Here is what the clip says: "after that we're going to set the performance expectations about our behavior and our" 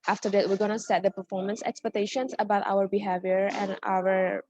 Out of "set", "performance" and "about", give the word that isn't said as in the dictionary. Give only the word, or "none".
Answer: none